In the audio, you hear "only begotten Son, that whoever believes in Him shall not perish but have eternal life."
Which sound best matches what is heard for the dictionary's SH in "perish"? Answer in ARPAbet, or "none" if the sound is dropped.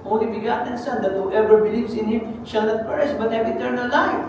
S